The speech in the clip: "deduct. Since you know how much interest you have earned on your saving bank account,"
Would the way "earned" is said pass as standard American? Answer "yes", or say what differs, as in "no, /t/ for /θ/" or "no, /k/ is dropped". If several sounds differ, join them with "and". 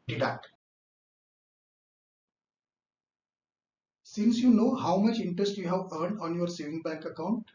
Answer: yes